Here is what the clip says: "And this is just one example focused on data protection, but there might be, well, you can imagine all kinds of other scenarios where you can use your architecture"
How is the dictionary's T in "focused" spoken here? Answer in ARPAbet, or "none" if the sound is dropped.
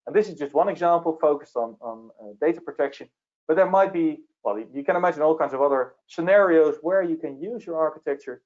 T